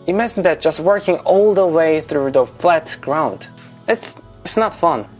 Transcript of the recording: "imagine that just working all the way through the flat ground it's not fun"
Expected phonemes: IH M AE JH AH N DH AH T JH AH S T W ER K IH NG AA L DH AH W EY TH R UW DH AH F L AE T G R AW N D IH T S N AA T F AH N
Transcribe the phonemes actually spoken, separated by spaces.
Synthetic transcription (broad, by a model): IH M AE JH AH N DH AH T JH AH S T W ER K IH NG AA L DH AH W EY TH R UW DH AH F L AE T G R AW N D IH T S N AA T F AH N